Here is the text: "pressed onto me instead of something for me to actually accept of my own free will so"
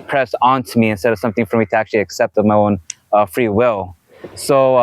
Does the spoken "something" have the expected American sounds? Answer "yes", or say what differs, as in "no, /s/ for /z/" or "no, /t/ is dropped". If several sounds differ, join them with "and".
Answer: yes